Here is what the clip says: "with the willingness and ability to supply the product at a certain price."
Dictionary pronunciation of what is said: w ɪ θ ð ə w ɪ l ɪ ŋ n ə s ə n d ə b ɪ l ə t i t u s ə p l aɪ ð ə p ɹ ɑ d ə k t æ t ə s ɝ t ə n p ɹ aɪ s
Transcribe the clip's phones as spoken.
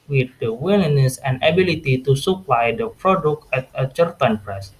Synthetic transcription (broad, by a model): w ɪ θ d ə w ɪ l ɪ n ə s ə n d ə b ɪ l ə t i t u s ə p l aɪ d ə p ɹ ɑ d ə k t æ t ə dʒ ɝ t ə n p ɹ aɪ s